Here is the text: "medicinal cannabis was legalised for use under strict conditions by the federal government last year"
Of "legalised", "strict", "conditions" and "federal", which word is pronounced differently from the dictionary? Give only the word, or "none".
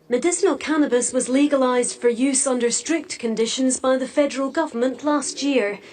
none